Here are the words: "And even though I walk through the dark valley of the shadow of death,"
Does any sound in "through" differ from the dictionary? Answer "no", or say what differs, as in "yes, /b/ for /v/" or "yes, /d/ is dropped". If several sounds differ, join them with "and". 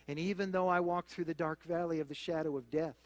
no